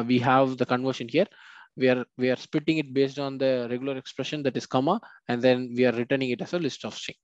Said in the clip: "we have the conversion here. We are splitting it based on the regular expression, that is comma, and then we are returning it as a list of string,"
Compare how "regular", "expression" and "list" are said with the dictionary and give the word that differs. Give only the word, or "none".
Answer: none